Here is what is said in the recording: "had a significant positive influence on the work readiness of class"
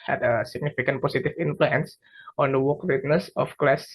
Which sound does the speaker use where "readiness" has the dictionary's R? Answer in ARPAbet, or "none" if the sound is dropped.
W